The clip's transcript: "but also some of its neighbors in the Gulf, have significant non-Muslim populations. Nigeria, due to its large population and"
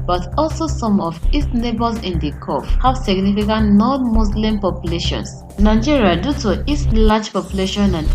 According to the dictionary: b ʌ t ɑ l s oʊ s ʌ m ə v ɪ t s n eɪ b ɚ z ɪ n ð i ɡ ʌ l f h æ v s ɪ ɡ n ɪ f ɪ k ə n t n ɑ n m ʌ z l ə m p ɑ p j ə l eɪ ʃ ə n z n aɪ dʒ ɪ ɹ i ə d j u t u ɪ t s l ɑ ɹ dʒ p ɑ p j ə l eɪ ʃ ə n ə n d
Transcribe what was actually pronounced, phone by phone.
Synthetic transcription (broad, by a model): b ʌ t ɑ l s oʊ s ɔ m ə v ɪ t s n eɪ b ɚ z ɪ n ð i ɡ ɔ f h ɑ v s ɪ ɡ n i f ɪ k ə n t n ɑ n m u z l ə m p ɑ p j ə l eɪ ʃ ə n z n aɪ dʒ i ɹ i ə d j u t u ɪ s l ɑ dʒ p ɑ p j ə l eɪ ʃ ə n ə n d